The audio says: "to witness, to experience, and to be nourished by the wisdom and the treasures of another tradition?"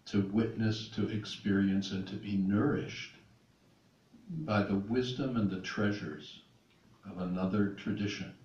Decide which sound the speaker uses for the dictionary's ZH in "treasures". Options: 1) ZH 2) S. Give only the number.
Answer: 1